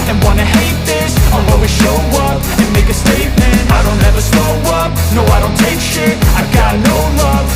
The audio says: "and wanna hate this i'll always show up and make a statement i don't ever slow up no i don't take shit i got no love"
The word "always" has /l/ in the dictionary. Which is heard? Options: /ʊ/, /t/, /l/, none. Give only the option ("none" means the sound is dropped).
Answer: none